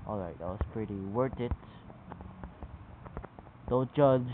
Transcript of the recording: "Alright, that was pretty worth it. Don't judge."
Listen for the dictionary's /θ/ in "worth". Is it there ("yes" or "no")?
no